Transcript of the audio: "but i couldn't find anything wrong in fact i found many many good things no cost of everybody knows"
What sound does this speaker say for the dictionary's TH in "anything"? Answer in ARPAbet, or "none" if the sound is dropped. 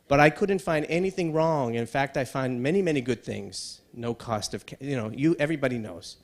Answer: TH